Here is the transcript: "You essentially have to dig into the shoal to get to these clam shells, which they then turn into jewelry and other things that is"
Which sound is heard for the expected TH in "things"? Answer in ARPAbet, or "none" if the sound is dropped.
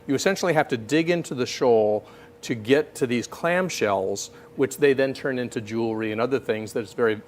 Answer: TH